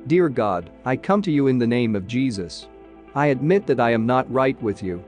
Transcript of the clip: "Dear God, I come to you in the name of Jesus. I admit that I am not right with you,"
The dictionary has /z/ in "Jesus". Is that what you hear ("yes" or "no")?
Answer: yes